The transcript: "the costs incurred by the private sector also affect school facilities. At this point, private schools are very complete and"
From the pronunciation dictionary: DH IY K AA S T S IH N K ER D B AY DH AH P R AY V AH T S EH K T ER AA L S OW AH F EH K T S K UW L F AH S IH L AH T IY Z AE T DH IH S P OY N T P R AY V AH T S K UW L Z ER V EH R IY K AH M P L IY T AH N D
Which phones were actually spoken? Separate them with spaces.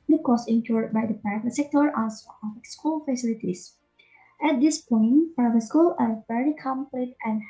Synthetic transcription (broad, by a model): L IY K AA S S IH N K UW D B AY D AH P R AY V AH T S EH K T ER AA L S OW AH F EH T S K UW L F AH S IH L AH T IY S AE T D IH S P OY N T P R AY V AH T S K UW L ER V EH R IY K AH M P L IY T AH N